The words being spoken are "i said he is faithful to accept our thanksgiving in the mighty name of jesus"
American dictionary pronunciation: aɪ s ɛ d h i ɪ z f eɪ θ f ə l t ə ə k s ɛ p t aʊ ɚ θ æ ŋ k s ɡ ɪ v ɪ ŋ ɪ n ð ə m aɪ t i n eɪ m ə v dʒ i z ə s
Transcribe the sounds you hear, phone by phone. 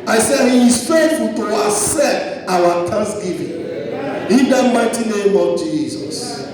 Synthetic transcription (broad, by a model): aɪ s ɛ d h i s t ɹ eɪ t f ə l t ə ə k s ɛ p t aʊ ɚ t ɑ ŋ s ɡ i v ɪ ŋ ɪ n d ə m aɪ t i n eɪ m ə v dʒ i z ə s